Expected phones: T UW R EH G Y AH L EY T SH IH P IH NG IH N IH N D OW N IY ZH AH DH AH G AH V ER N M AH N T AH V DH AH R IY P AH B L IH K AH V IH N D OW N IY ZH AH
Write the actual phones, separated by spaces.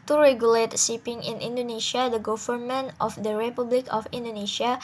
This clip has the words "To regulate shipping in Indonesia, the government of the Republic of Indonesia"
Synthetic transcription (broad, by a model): T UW R EH G Y AH L EY T S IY P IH NG IH N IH N D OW N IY SH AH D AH G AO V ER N M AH N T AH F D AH R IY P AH B L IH K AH F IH N D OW N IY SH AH